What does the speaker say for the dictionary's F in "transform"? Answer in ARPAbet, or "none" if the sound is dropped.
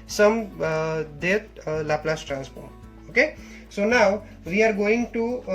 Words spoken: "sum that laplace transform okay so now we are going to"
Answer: P